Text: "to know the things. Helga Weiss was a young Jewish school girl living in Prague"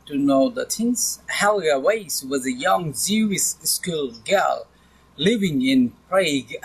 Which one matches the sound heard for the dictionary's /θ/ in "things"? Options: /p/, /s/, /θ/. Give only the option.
/s/